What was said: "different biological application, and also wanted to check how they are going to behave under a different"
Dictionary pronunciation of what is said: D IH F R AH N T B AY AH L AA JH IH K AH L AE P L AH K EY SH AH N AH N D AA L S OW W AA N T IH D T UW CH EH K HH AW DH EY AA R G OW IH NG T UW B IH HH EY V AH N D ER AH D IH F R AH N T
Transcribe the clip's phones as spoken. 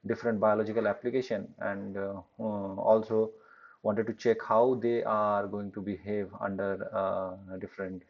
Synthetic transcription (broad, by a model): D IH F R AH N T B AY AH L AA JH IH K AH L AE P L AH K EY SH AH N AH N D AA L S OW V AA N T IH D T UW CH EH K HH AW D EY AA R G OW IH NG T UW B IH HH EY V AH N D ER D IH F R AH N T